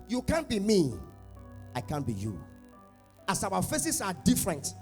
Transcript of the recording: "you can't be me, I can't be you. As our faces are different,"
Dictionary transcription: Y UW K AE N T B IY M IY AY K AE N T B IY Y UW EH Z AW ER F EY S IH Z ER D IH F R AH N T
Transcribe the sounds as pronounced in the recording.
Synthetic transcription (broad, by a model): Y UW K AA N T B IY M IY AY K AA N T B IY Y UW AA S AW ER F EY S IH S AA D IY F R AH N T